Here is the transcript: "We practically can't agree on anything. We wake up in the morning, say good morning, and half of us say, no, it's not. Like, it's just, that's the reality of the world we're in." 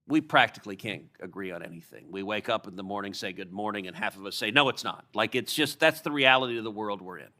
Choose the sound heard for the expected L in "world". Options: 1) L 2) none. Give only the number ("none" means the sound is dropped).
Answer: 1